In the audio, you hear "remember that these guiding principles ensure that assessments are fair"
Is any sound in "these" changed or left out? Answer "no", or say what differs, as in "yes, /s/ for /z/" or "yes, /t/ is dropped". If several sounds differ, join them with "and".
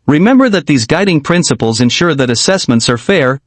no